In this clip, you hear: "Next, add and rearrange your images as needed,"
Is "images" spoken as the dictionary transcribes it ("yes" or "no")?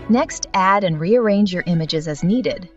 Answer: yes